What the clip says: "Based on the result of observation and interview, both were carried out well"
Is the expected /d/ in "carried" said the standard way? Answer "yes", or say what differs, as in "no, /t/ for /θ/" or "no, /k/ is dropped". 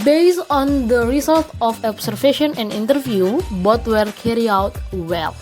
no, /d/ is dropped